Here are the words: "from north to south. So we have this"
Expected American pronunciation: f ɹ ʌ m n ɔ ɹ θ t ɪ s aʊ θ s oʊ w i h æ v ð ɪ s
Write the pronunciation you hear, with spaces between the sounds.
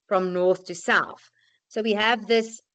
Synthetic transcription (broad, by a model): f ɹ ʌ m n ɔ ɹ θ t ɪ s aʊ θ s oʊ w i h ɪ v ð ɪ s